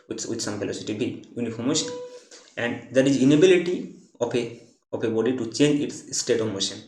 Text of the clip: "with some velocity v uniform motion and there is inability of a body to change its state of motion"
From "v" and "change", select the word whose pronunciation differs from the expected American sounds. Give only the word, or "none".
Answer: v